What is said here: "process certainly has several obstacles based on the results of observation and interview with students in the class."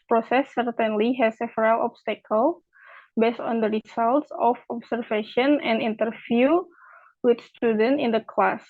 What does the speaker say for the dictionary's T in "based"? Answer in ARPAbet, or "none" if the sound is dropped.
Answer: T